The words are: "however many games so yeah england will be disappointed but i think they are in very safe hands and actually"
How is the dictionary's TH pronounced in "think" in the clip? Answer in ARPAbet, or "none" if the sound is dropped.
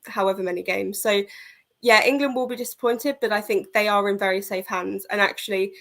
TH